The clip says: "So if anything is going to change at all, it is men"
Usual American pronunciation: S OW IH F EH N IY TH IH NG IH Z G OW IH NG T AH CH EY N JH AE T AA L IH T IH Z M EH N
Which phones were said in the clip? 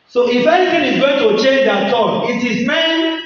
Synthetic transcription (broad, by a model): S OW IH F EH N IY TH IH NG IH Z G OW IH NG T AH CH EY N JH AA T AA N IH T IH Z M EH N